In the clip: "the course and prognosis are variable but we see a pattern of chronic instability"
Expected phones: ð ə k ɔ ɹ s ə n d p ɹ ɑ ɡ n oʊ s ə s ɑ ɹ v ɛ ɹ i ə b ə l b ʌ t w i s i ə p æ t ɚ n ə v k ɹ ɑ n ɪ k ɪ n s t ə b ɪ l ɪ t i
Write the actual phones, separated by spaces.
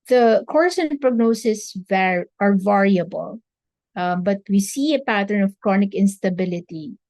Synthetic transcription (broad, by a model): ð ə k ɔ ɹ s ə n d p ɹ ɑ ɡ n oʊ s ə s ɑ ɹ v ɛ ɹ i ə b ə l b ʌ t w i s i ə p æ t ɚ n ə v k ɹ ɑ n ɪ k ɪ n s t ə b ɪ l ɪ t i